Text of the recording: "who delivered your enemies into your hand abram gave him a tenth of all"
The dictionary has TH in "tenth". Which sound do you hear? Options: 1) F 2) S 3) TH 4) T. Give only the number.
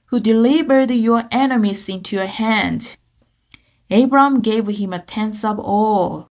2